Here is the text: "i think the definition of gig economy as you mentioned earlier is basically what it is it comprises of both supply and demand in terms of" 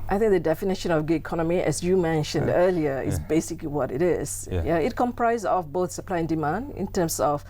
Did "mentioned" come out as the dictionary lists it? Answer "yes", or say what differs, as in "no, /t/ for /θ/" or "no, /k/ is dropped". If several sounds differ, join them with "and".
yes